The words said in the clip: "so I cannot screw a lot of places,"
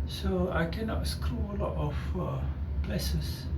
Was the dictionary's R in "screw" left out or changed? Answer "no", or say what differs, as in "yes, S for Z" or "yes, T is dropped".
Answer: no